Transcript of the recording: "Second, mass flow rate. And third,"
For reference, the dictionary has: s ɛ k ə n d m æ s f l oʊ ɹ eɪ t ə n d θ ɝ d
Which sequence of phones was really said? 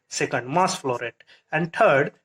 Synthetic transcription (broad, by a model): s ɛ k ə n d m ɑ s f l oʊ ɹ eɪ t ə n d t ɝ d